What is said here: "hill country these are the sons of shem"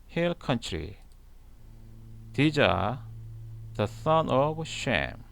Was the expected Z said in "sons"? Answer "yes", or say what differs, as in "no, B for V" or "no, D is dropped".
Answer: no, Z is dropped